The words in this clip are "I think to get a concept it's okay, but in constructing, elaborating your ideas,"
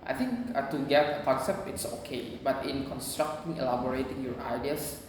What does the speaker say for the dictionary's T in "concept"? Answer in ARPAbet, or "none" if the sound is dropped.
none